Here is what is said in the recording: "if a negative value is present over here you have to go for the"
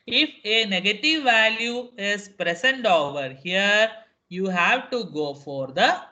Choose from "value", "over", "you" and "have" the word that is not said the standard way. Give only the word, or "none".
none